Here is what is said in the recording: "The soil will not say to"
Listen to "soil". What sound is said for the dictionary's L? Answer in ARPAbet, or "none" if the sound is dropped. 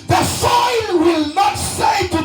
N